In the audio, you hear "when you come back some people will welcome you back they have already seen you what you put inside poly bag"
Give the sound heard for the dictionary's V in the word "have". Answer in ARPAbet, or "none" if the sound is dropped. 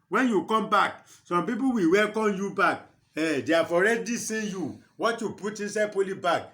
F